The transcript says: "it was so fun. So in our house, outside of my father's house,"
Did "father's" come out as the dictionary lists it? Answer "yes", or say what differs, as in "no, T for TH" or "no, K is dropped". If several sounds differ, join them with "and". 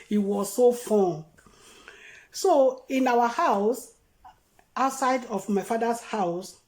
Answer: no, S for Z